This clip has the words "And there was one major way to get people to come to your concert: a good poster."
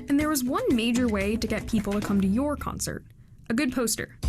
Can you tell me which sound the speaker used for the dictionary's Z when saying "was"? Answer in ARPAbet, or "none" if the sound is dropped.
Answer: Z